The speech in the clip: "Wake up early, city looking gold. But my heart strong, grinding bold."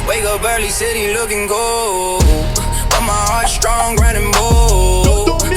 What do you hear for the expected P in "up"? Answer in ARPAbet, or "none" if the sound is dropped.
B